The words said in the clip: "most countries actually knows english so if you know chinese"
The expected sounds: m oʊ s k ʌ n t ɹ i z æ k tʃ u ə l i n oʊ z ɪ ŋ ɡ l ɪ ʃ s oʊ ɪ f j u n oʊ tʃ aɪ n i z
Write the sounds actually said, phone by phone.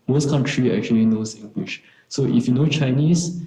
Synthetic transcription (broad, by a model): m oʊ s k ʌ n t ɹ i ɛ k tʃ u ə l i n oʊ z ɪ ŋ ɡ w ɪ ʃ s oʊ ɪ f j u n oʊ tʃ aɪ n i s